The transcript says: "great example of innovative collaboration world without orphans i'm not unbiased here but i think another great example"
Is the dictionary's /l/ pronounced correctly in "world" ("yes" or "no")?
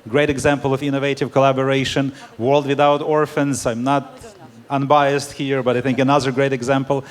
yes